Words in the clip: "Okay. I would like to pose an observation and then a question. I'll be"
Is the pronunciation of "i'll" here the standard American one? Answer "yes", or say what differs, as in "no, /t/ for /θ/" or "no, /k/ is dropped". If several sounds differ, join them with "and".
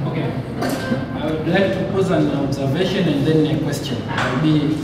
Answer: no, /w/ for /l/